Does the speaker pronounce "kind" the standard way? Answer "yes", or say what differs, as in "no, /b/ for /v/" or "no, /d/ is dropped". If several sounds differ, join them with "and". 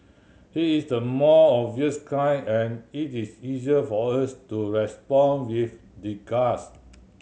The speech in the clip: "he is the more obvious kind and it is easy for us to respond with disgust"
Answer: no, /d/ is dropped